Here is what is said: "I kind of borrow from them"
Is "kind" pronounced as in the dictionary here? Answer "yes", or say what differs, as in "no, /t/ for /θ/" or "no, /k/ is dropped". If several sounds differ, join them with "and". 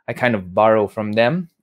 yes